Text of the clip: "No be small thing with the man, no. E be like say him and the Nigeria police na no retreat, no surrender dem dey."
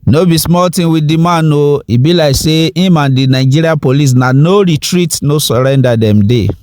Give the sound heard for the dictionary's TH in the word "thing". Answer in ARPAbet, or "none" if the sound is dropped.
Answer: T